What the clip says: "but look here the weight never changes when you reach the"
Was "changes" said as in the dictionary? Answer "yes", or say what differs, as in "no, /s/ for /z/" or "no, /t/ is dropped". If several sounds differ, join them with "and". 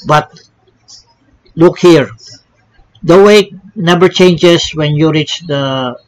no, /s/ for /z/